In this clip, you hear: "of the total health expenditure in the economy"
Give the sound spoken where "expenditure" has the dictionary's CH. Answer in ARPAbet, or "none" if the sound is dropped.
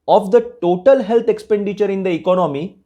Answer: CH